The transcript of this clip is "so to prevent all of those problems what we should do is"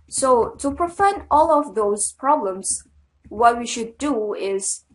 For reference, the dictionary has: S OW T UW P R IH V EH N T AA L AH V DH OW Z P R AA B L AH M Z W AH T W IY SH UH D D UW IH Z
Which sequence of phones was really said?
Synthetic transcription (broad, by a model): S OW T UW P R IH F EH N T AA L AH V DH OW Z P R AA B L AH M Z W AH T W IY SH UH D D UW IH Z